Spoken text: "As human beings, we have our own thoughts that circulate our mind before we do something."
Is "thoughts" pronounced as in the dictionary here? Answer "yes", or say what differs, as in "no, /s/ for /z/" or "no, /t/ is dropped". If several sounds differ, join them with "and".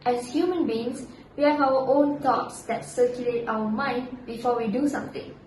no, /t/ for /θ/